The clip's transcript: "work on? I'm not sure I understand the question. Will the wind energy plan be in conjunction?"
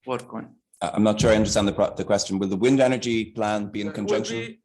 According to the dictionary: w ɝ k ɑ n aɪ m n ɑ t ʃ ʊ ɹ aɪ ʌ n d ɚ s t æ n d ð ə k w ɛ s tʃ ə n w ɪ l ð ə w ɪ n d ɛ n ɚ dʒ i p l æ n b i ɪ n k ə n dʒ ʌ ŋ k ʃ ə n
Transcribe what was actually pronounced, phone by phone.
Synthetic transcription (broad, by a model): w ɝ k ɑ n aɪ m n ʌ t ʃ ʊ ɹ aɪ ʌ n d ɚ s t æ n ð ð ə k w ɛ s tʃ ə n w ɪ l ð ə w ɪ n d ɛ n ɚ dʒ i p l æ n b i ɪ n k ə n dʒ ʌ ŋ k ʃ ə n